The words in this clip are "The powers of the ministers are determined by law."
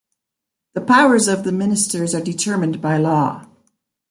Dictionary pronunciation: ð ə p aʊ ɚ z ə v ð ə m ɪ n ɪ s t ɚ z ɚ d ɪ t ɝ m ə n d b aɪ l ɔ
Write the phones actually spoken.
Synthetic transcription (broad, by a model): ð ə p aʊ ɚ z ə v ð ə m ɪ n ɪ s t ɚ z ɚ d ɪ t ɝ m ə n b aɪ l ɔ